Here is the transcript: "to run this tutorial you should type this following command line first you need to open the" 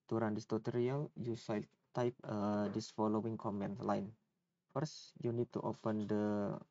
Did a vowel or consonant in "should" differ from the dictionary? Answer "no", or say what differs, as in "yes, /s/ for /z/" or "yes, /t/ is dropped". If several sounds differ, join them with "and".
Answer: yes, /s/ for /ʃ/